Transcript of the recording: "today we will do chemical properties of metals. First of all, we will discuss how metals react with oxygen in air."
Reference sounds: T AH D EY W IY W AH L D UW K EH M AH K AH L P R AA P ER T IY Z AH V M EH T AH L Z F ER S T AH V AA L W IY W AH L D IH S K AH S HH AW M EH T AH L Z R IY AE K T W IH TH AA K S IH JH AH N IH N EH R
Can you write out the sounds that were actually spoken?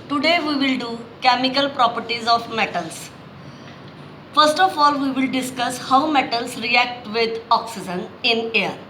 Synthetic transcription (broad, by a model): T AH D EY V IY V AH L D UW K EH M AH K AH L P R AA P ER T IY Z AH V M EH T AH L S F ER S T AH F AA L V IY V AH L D IH S K AH S HH AW M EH T AH L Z R IY AE K T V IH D AA K S IH JH AH N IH N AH R